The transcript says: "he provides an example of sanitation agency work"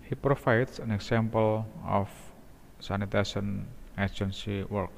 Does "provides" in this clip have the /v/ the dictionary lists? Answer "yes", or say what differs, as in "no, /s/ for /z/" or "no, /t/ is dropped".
no, /f/ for /v/